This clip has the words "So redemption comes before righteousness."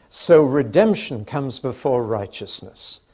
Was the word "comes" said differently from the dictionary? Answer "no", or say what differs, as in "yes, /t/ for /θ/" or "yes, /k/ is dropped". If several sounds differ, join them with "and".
no